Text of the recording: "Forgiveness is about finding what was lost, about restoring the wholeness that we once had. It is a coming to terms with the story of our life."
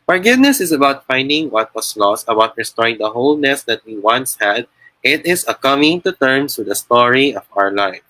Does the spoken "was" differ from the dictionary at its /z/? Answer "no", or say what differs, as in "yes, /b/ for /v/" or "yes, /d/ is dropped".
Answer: yes, /s/ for /z/